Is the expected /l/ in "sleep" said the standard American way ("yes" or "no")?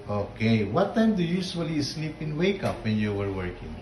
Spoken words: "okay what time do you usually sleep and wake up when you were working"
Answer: yes